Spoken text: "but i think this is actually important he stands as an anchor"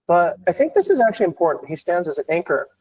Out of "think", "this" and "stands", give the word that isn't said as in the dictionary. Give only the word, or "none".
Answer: none